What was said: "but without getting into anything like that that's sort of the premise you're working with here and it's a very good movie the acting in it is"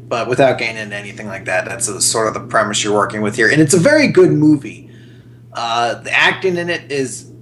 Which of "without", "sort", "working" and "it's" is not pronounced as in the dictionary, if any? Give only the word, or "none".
none